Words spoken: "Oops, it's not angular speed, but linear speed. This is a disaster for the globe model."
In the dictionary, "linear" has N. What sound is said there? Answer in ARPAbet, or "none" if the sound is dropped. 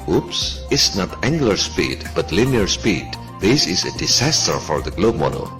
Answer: N